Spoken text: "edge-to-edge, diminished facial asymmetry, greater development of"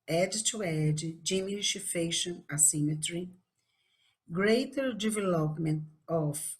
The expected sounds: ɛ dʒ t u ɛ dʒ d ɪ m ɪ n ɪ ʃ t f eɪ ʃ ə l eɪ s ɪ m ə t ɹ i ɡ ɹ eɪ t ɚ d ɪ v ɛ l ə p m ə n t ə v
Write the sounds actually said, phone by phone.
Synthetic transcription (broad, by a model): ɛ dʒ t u ɛ dʒ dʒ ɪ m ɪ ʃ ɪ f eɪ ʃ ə n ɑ s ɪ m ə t ɹ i ɡ ɹ eɪ t ɚ d ɪ v ɛ l ə p m ə n t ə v